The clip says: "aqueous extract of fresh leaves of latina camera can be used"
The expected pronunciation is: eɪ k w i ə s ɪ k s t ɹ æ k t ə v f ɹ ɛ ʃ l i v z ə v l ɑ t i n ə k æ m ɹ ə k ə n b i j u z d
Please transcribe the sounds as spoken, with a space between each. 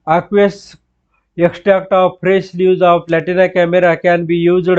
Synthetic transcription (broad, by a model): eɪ k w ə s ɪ k s t ɹ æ k t ə v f ɹ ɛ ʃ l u z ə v l ɑ t i n ə k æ m ɹ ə k ə n b i j u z